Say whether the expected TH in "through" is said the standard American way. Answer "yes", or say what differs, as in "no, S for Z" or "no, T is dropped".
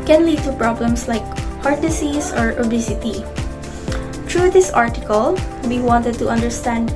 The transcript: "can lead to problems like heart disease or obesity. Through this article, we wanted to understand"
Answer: no, T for TH